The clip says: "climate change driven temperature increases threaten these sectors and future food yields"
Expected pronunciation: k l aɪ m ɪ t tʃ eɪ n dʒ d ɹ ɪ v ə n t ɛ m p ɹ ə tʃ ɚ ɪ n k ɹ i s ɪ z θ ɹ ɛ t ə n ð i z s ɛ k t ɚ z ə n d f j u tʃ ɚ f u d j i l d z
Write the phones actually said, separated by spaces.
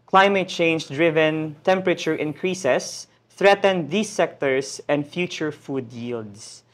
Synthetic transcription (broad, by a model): k l aɪ m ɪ t tʃ eɪ n dʒ d ɹ ɪ v ə n t ɛ m p ɹ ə tʃ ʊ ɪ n k ɹ i s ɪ s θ ɹ ɛ t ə n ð i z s ɛ k t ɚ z ə n d f j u tʃ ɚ f u d j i l d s